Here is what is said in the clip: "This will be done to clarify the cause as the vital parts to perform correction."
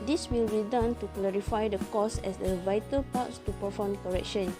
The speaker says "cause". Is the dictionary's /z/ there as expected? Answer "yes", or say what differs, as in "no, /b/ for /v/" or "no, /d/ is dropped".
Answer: no, /s/ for /z/